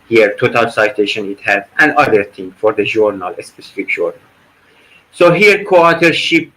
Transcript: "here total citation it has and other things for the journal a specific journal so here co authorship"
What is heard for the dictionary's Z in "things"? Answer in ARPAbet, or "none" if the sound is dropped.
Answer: none